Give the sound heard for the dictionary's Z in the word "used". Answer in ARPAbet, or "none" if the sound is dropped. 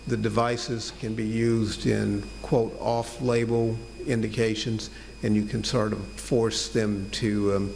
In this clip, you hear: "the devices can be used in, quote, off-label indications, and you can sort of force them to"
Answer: Z